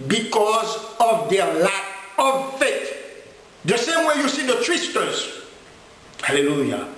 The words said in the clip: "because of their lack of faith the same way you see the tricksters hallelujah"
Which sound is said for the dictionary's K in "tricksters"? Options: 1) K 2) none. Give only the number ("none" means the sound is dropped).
2